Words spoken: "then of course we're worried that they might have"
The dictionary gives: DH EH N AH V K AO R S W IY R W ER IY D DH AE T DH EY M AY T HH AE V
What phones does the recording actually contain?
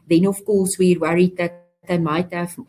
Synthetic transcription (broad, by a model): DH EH N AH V K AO L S W IY R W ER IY D DH AE T DH EY M AY T HH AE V